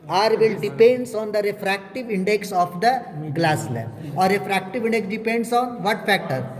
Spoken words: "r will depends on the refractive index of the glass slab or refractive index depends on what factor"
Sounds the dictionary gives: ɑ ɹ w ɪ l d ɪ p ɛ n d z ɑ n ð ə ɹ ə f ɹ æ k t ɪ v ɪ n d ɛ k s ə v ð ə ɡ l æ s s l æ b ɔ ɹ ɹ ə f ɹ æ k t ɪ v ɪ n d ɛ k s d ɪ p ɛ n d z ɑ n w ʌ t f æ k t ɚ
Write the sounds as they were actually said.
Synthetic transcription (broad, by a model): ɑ ɹ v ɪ l d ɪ p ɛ n d s ɑ n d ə ɹ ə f ɹ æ k t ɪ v ɪ n d ɛ k s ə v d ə ɡ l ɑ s s l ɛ ɔ ɹ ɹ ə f ɹ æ k t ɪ v ɪ n d ɛ k s d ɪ p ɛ n d s ɑ n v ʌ t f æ k t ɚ